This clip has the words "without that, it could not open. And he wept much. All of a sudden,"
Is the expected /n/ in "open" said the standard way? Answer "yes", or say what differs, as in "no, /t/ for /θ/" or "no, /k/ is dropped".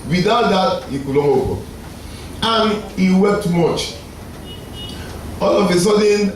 no, /n/ is dropped